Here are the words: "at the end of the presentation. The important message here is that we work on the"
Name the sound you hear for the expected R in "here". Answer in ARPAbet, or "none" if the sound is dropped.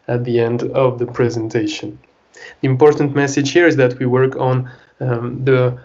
R